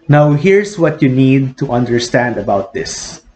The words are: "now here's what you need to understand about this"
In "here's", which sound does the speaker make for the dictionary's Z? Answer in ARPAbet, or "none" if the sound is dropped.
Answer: S